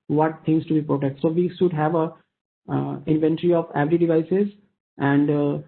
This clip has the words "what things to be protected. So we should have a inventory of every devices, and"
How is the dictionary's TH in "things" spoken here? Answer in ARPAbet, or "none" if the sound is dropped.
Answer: T